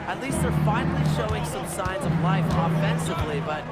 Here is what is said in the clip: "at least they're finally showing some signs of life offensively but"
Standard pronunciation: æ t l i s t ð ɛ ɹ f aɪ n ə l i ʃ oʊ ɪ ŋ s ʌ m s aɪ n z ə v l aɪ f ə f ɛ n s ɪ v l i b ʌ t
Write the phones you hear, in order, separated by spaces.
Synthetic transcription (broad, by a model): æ t l i s t ð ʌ ɹ f aɪ n l i ʃ oʊ ɪ ŋ s ʌ m s aɪ n z ə v l aɪ f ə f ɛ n s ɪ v l i b ʌ t